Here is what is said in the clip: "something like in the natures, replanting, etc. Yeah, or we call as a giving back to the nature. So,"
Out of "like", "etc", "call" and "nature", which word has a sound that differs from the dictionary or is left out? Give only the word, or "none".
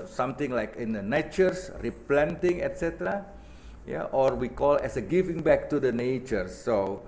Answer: none